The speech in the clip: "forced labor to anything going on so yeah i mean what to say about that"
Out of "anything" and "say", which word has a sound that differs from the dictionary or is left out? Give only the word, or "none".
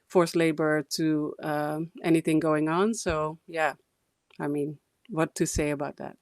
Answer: none